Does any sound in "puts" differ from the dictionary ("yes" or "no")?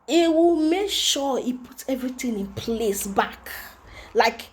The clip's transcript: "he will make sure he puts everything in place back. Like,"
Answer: yes